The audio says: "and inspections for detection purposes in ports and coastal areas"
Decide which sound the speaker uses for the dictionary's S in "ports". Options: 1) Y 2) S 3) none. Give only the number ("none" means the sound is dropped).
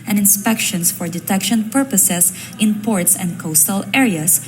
2